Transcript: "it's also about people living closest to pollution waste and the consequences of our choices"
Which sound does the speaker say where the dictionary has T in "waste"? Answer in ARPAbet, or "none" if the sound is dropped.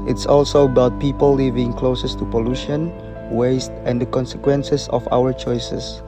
T